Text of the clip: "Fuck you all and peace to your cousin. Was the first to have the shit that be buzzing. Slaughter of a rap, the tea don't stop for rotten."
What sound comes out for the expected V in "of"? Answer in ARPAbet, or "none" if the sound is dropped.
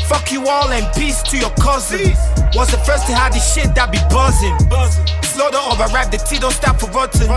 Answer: V